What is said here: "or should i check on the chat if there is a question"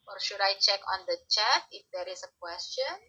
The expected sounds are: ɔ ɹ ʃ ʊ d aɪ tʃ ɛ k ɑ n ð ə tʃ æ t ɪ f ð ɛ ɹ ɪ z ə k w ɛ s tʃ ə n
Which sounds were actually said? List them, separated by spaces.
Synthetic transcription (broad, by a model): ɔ ɹ ʃ ʊ d aɪ tʃ ɛ k ɑ n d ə tʃ æ t ɪ f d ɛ ɹ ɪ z ə k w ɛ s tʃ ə n